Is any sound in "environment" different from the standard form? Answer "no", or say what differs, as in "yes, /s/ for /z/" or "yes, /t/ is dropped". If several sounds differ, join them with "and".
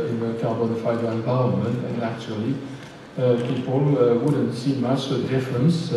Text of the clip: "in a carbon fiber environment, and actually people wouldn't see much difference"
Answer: yes, /t/ is dropped